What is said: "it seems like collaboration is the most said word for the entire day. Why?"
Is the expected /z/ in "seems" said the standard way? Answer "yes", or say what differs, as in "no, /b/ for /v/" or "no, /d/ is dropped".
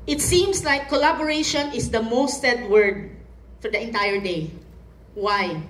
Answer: no, /s/ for /z/